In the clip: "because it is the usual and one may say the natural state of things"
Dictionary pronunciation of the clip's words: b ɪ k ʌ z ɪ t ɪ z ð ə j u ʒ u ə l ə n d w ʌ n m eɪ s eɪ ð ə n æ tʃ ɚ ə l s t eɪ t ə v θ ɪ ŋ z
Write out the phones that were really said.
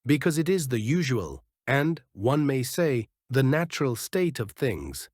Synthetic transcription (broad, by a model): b ɪ k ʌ z ɪ t ɪ z ð ə j u ʒ u ə l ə n w ʌ n m eɪ s eɪ ð ə n æ tʃ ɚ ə l s t eɪ t ə v θ ɪ ŋ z